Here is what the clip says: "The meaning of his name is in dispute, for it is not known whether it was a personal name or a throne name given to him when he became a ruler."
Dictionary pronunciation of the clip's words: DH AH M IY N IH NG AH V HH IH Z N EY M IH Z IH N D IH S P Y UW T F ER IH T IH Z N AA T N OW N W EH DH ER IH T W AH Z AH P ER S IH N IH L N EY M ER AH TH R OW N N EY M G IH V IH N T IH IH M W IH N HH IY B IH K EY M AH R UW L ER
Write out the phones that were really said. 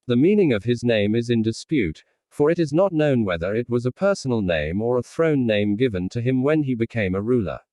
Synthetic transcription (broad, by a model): DH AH M IY N IH NG AH V IH Z N EY M IH Z IH N D IH S P Y UW T F ER IH T IH Z N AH T N OW N W EH DH ER IH T W AH Z AH P ER S N L N EY M ER AH TH R OW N N EY M G IH V IH N T IH IH M W IH N IY B IH K EY M AH R UW L ER